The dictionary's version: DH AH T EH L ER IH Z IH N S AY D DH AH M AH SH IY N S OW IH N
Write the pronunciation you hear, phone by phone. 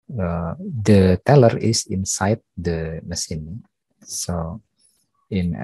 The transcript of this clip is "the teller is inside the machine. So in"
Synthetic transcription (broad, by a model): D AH T EH L ER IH S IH N S AY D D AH M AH S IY N S OW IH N